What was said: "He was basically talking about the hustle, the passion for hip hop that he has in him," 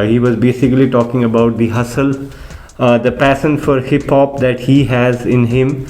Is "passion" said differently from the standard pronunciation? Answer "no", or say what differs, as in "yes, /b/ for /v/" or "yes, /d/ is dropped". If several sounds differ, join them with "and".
yes, /s/ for /ʃ/